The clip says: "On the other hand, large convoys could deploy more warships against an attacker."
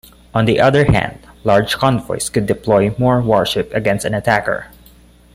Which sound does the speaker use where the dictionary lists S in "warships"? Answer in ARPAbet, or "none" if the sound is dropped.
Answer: none